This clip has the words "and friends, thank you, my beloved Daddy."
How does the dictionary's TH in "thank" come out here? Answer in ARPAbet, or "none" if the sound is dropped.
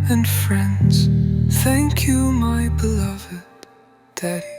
TH